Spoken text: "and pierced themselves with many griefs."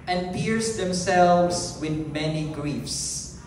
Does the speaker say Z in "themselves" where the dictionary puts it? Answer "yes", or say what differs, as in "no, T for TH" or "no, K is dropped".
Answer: no, S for Z